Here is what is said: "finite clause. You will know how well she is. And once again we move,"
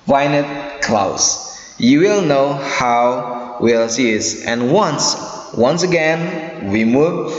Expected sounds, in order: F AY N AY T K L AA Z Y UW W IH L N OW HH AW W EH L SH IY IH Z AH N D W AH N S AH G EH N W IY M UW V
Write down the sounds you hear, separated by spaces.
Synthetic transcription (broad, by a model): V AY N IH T K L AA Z Y UW W IH L N OW HH AW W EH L S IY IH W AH N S W AH N S AH G EH N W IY M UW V